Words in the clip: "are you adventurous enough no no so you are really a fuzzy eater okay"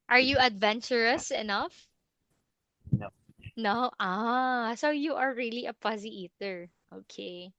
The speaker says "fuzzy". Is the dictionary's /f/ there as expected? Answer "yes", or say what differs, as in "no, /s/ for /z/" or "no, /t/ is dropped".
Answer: no, /p/ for /f/